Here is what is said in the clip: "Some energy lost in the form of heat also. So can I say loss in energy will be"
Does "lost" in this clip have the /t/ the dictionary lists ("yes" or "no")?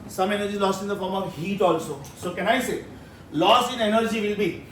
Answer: no